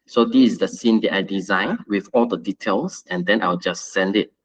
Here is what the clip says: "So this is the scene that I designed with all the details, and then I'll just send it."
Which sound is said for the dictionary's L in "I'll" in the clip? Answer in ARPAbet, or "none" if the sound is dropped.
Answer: W